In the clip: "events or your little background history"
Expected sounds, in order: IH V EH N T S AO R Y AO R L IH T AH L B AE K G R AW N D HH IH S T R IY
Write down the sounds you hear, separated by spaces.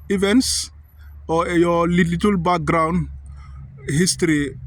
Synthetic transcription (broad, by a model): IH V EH N S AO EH Y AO L L IH T AH L B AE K G R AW N HH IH S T R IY